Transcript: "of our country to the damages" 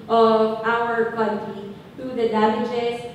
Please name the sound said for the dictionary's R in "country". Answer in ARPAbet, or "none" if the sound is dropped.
none